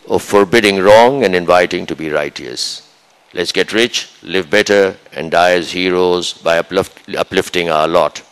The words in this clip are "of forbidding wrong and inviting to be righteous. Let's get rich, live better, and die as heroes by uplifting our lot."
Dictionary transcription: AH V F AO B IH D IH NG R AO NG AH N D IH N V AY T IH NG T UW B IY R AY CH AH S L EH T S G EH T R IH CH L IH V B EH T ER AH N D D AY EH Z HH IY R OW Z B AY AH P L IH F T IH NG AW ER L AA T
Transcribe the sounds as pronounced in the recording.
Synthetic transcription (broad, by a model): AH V F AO B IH D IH NG R AO NG AH N D IH N V AY T IH NG T UW B IY R AY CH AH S L EH T S G EH T R IH CH L IH V B EH T ER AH N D D AY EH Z HH IY R OW Z B AY AH P L IH F T IH NG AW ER L AA T